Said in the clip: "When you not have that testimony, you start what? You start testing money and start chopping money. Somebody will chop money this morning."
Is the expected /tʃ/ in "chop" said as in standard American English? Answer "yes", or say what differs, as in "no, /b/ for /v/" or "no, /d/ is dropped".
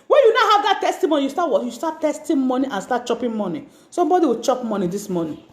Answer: yes